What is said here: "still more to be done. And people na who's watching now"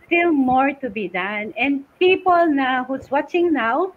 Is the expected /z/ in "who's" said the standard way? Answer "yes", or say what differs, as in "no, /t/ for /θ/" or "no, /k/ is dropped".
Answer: no, /s/ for /z/